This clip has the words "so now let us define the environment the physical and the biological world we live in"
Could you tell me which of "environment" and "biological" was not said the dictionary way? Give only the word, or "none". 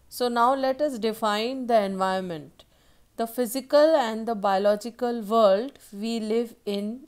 environment